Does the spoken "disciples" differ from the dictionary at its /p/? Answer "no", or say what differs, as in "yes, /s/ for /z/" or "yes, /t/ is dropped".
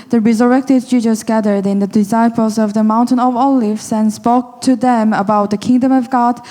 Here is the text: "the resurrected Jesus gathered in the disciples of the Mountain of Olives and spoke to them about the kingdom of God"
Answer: no